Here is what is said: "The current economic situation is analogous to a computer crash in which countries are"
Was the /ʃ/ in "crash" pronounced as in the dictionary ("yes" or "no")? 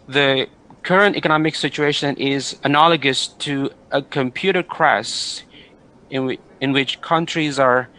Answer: no